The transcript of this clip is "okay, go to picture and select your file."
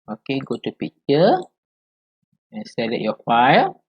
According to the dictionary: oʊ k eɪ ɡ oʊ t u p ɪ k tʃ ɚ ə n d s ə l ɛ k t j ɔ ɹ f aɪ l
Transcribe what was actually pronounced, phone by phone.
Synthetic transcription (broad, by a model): oʊ k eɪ ɡ oʊ t u p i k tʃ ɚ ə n s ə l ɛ t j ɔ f aɪ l